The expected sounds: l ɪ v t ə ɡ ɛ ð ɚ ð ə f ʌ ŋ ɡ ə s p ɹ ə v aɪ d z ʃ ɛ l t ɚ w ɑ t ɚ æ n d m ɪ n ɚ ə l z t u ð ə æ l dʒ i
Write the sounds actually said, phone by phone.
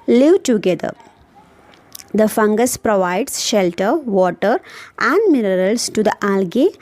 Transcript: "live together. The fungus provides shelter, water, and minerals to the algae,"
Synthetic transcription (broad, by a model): l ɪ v t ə ɡ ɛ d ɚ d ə f ʌ ŋ ɡ ə s p ɹ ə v aɪ d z ʃ ɛ l t ɚ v ɑ t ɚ æ n d m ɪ n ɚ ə l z t u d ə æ l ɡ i